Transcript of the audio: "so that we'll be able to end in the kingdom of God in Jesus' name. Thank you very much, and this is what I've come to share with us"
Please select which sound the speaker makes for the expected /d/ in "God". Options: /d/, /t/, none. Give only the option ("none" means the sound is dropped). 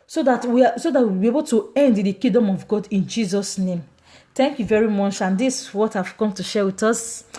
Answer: /d/